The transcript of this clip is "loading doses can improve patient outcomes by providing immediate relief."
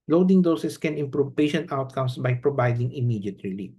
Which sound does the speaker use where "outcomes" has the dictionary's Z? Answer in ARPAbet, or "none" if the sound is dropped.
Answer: S